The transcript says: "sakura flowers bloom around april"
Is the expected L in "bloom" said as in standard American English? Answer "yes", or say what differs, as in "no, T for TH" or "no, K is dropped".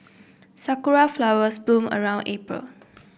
no, L is dropped